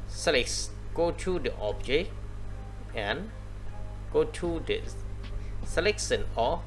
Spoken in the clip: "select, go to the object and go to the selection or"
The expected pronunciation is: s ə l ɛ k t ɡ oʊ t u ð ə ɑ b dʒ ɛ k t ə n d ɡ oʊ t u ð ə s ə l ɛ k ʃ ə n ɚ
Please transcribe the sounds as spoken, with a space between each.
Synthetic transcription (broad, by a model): s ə l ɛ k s ɡ oʊ t u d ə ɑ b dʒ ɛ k ə n ɡ oʊ t u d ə s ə l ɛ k s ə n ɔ